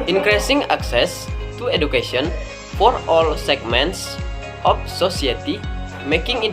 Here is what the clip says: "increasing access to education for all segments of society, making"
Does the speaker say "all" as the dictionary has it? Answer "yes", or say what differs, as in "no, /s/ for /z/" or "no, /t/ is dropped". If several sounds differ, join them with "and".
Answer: yes